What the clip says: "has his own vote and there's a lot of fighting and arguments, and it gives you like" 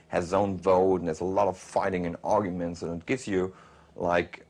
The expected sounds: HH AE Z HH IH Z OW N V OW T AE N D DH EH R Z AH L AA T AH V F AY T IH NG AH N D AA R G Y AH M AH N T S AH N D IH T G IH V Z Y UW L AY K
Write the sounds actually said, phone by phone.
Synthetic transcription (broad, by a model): HH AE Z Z OW N V OW T N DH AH R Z AH L AA T AH V F AY T IH NG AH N AA R G Y AH M AH N T S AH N IH T G IH V Z Y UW L AY K